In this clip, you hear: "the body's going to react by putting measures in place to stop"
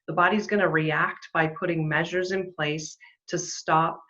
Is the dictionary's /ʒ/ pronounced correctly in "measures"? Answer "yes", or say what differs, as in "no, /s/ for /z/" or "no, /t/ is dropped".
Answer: yes